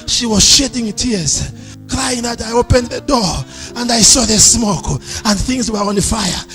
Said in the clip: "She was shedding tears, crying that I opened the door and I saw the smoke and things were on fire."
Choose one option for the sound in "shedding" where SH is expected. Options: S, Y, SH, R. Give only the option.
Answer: SH